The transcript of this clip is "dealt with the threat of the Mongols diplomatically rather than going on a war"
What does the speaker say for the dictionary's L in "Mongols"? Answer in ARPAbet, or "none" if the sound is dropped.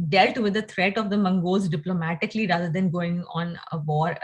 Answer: none